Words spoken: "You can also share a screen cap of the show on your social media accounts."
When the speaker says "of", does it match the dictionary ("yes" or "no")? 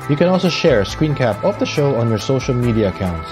no